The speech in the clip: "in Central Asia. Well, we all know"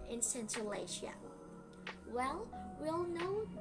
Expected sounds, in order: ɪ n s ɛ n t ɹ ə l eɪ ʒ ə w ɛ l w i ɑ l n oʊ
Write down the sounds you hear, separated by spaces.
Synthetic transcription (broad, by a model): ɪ n s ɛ n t ə l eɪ ʃ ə w ɛ l w i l n oʊ